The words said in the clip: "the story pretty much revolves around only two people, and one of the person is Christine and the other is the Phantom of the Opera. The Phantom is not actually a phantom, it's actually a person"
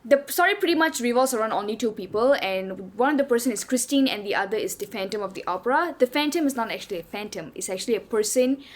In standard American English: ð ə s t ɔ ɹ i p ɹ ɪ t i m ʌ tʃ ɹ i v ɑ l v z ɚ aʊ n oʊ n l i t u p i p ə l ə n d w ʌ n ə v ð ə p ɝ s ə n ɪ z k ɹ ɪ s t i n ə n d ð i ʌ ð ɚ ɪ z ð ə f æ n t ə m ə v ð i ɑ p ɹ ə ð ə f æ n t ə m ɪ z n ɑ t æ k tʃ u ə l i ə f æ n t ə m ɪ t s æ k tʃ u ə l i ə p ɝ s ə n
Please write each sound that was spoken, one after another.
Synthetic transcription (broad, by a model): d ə s ɔ ɹ i p ɹ ɪ t i m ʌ tʃ ɹ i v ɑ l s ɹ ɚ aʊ n oʊ n l i t u p i p ə l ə n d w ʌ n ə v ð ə p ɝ s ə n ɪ s k ɹ ɪ s t i n ə n d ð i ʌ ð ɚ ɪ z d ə f æ n t ə m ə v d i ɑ p ɹ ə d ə f æ n t ə m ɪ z n ɑ t æ k tʃ u ə l i ə f æ n t ə m ɪ t s æ k tʃ u ə l i ə p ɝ s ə n